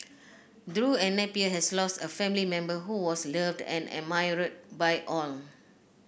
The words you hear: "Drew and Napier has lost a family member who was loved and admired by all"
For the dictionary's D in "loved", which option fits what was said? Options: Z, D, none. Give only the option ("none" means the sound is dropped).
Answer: D